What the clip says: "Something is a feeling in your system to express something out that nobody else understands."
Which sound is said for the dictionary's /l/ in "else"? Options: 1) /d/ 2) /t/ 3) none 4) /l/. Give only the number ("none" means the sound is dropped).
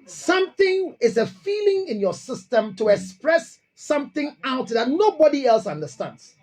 4